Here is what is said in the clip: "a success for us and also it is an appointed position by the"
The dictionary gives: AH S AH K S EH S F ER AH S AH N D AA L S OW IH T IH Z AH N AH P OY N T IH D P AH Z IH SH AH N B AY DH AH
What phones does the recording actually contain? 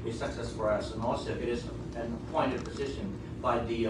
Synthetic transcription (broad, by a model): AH S AH K S EH S F ER AH S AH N AA L S OW IH T IH Z AH N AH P OY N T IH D P AH Z IH SH AH N B AY DH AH